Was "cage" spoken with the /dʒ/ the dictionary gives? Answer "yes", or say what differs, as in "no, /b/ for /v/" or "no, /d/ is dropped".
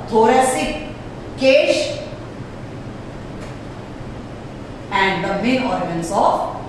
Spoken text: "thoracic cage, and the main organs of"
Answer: no, /ʃ/ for /dʒ/